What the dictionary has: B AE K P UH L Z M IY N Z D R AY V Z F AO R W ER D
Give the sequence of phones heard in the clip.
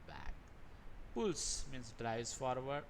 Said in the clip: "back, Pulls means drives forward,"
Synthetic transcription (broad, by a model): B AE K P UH L S M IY N S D R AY Z F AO R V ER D